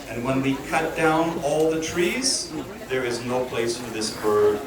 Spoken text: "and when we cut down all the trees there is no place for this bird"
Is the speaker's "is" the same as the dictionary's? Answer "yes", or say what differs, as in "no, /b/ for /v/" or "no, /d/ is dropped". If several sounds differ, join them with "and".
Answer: yes